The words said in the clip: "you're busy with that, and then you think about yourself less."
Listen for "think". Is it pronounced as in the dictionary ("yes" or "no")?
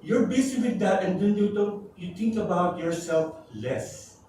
no